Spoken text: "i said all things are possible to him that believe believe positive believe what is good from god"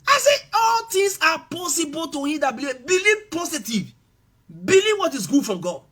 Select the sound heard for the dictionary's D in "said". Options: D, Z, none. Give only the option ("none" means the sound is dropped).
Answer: none